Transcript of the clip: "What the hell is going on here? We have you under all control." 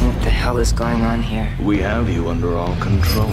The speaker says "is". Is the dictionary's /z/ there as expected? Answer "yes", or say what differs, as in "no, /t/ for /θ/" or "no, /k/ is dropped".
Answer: yes